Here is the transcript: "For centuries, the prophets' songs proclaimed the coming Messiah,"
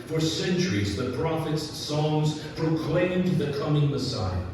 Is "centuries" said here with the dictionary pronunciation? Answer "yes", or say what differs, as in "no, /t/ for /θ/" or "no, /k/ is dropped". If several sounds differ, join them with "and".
yes